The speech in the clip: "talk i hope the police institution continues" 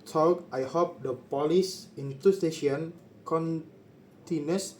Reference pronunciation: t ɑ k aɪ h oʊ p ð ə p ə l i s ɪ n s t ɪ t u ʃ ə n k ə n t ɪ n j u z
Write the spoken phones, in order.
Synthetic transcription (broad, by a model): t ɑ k aɪ h oʊ p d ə p ə l i s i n t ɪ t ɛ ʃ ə n k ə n t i n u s